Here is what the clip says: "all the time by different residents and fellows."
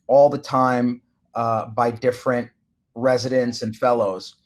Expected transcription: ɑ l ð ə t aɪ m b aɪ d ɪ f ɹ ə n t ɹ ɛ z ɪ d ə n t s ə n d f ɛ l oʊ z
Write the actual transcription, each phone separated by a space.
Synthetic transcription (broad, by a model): ɑ l ð ə t aɪ m b aɪ d ɪ f ɹ ə n t ɹ ɛ z ɪ d ə n t s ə n f ɛ l oʊ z